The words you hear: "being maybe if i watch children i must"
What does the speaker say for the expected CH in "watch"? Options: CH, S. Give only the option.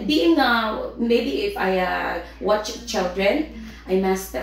CH